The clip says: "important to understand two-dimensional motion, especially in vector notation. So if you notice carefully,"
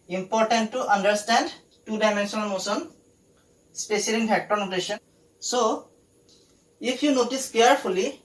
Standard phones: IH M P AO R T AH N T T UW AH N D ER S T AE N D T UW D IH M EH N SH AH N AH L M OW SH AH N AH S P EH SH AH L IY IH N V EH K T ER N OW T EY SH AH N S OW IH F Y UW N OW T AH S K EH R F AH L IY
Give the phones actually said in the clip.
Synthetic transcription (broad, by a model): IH M P AO R T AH N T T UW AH N D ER S T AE N D T UW D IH M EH N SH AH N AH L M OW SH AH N S P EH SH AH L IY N P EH K T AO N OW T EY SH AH N S OW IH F Y UW N OW T AH S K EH R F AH L IY